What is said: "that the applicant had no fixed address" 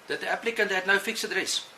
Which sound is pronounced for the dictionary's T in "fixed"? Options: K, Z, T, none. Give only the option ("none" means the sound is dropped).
none